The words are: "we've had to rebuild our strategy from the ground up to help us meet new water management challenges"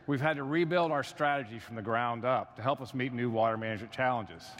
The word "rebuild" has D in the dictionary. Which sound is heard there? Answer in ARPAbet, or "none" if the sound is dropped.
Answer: D